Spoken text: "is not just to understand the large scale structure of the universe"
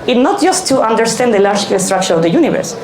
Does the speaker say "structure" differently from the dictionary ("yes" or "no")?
no